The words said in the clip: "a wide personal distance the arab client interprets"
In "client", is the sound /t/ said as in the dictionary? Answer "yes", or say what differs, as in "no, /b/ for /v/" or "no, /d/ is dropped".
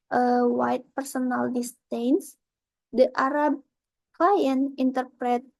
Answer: no, /t/ is dropped